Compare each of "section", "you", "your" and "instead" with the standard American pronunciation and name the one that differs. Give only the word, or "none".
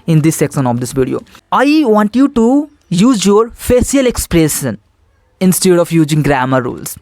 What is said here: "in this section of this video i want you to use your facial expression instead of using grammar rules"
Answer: section